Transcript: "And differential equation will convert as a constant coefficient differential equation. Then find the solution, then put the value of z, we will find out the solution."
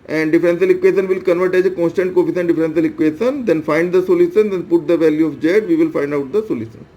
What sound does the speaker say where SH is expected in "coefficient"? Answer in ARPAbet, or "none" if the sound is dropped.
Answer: S